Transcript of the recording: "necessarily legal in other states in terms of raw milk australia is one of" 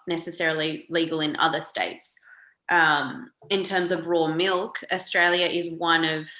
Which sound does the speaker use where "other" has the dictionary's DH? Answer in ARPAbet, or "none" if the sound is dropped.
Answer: DH